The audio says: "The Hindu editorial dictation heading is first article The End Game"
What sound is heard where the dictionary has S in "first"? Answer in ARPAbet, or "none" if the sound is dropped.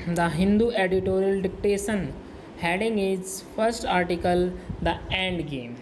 S